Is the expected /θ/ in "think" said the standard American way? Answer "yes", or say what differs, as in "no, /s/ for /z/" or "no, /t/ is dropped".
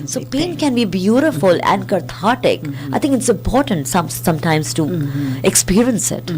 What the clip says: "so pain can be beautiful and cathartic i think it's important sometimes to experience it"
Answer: no, /t/ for /θ/